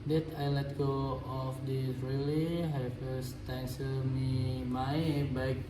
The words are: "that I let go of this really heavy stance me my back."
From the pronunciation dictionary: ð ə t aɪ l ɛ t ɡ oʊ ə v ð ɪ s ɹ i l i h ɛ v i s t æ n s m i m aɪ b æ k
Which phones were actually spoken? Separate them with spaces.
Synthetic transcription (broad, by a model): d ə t aɪ l ɛ t ɡ oʊ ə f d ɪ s ɹ i l i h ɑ f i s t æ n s m i m aɪ b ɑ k